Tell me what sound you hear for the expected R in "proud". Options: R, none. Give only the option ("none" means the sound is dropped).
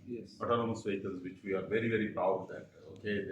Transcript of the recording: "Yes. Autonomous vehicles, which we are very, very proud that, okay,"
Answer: none